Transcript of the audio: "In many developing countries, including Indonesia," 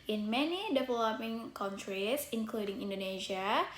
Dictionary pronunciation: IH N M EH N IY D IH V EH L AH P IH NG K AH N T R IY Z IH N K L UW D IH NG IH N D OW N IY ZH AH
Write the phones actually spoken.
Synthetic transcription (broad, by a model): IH N M EH N IY D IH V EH L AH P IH NG K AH N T R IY S IH N K L UW D IH NG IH N D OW N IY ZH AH